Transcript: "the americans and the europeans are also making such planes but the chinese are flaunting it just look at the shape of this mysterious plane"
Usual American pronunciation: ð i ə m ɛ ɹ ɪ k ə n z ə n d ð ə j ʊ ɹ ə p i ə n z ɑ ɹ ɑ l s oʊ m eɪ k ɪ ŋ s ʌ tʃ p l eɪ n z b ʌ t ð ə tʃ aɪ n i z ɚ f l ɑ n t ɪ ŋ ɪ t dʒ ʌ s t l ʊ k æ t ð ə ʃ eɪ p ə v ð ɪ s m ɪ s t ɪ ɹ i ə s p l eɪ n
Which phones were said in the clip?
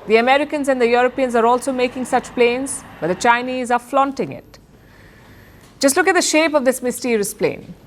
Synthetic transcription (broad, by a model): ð i ə m ɛ ɹ ɪ k ə n z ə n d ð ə j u ɹ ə p i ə n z ɑ ɹ ɑ l s oʊ m eɪ k ɪ ŋ s ʌ tʃ p l eɪ n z b ʌ t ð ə tʃ aɪ n i z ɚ f l ɑ n t ɪ ŋ ɪ t dʒ ʌ s t l ʊ k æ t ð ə ʃ eɪ p ə v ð ɪ s m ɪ s t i ɹ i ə s p l eɪ n